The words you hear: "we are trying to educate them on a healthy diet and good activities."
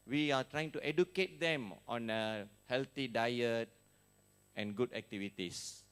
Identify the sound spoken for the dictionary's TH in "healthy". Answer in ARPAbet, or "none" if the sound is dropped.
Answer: T